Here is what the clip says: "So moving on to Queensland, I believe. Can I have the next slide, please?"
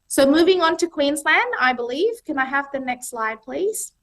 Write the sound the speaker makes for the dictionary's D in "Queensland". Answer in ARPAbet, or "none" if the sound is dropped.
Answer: D